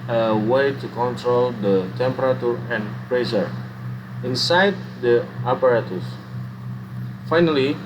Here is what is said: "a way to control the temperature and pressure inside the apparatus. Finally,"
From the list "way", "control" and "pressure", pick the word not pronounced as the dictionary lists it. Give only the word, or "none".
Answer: pressure